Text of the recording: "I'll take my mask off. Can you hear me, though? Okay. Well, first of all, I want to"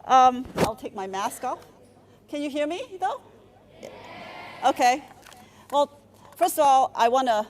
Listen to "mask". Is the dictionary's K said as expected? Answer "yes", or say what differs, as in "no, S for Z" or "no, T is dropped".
yes